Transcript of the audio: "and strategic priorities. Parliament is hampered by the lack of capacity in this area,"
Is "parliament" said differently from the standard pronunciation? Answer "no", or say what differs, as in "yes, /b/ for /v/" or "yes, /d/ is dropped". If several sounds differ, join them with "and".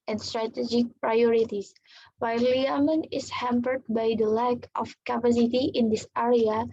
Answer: yes, /t/ is dropped